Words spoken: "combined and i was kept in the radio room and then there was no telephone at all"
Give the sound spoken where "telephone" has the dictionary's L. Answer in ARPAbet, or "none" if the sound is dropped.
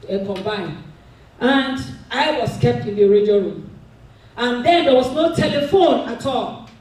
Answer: L